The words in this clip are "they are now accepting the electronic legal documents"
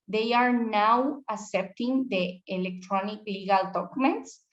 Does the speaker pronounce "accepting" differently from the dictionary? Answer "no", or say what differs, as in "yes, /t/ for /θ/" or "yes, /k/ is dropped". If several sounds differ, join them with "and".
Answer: yes, /k/ is dropped